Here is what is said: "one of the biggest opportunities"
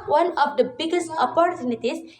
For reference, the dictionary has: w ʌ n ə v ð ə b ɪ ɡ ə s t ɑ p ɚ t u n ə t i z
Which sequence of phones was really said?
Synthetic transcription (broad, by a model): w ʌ n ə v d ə b ɪ ɡ ə s t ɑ p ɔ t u n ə t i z